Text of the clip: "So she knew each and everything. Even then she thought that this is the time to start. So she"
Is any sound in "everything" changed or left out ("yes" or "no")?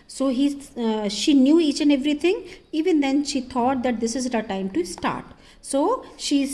yes